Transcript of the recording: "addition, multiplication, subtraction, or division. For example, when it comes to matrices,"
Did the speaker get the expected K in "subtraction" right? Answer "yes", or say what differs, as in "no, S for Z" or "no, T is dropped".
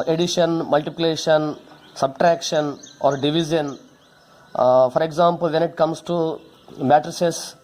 yes